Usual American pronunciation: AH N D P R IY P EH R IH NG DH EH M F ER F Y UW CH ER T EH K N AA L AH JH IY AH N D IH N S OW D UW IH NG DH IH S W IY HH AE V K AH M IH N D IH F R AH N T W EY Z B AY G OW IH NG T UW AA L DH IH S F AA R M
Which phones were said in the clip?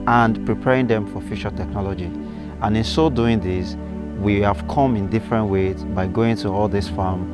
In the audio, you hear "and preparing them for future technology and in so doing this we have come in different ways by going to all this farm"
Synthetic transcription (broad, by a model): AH N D P R IY P EH R IH NG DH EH M F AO F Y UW SH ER T EH K N AA L AH JH IY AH N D IH N S OW D UW IH NG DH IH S W IY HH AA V K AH M IH N D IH F R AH N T W EY Z B AY G OW IH NG T UW AA L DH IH S F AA M